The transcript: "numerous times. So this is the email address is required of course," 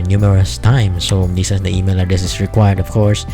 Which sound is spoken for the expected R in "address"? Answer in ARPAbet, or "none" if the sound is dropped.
none